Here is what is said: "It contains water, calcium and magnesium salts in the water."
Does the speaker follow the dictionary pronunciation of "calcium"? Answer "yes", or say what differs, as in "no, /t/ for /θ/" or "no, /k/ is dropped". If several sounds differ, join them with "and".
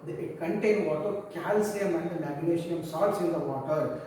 yes